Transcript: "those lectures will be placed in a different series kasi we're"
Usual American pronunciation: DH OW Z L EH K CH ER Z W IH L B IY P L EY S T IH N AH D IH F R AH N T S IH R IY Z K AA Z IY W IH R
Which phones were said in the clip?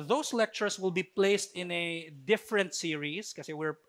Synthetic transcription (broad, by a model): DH OW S L EH K CH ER S W IH L B IY P L EY S T IH N AH D IH F R AH N T S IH R IY S K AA S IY W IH R